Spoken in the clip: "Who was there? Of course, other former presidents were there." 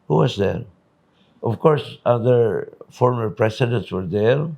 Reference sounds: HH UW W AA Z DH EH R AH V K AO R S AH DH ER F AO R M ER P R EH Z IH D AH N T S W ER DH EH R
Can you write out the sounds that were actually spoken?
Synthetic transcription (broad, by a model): HH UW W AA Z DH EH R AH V K AO R S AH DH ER F AO R M ER P R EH S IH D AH N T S W ER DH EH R